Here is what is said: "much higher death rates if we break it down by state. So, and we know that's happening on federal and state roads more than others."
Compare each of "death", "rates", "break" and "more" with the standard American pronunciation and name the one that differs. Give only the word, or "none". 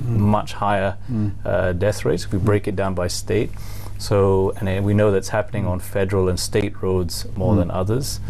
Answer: none